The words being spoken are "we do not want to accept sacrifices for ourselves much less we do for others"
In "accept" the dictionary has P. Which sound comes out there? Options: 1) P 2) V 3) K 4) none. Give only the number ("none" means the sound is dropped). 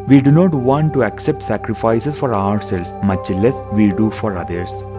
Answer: 1